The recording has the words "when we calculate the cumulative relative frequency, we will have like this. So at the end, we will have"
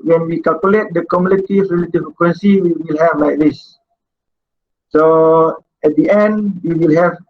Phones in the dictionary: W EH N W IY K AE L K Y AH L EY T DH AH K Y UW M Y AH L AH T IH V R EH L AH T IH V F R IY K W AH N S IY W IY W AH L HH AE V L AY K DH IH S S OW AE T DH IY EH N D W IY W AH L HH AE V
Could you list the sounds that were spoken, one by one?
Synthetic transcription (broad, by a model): W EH N W IY K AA L K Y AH L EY T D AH K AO M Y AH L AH T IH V R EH L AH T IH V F IY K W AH N S IY W IY W AH L HH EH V L AY K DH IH S S OW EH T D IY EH N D W IY W AH L HH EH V